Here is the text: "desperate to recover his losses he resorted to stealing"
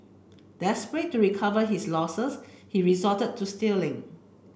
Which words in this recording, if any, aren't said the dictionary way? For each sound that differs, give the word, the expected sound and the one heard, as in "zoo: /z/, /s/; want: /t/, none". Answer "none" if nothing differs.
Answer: his: /z/, /s/; losses: /z/, /s/